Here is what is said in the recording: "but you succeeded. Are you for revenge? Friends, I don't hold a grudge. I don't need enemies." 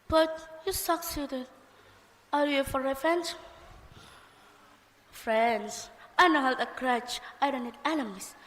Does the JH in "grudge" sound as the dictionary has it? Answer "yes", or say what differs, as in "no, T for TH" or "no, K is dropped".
no, CH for JH